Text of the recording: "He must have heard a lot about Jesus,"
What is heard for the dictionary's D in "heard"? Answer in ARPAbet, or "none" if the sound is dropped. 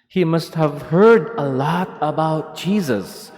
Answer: D